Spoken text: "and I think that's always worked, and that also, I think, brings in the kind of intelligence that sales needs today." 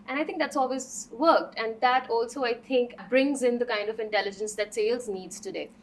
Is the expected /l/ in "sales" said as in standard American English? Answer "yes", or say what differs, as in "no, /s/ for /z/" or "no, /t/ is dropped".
yes